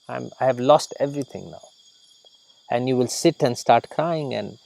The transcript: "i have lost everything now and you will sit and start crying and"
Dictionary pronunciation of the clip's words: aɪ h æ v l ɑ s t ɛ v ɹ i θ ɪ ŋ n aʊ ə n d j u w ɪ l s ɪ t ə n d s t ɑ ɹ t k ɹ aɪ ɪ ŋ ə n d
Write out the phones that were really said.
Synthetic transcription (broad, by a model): aɪ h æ v l ɑ s t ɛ v ɹ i t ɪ ŋ n aʊ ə n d j u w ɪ l s ɪ t ə n d s t ɑ ɹ t k ɹ aɪ ɪ ŋ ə n d